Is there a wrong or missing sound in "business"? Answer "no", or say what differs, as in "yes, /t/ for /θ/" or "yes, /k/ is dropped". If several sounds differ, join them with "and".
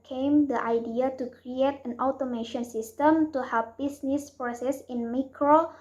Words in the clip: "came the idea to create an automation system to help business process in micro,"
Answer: yes, /s/ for /z/